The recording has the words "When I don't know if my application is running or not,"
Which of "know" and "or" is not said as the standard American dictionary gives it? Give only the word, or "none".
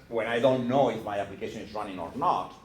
none